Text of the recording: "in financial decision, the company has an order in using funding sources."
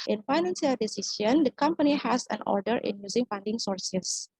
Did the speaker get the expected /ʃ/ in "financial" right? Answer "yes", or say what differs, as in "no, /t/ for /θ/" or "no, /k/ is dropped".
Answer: no, /s/ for /ʃ/